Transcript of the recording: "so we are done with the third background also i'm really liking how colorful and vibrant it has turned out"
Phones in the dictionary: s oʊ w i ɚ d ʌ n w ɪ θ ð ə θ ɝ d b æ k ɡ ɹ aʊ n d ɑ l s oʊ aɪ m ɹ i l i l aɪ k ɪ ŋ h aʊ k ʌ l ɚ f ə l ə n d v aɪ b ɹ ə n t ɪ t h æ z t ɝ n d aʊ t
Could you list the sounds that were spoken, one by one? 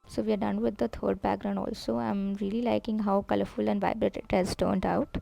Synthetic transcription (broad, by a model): s oʊ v i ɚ d ʌ n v ɪ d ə t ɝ d b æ k ɡ ɹ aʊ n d ɑ l s oʊ aɪ m ɹ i l i l aɪ k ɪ ŋ h aʊ k ʌ l ɚ f ə l ə n d v aɪ b ɹ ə t ɪ t h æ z t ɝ n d aʊ t